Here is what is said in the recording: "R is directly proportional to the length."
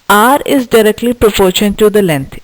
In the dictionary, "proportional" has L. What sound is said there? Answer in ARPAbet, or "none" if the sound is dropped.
N